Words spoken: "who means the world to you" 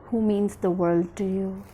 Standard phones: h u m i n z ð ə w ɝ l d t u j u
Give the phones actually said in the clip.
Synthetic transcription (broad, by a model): h u m i n z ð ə w ɝ l d t u j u